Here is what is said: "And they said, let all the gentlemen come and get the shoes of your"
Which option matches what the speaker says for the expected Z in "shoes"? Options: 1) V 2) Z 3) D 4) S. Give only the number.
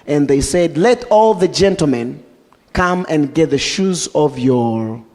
2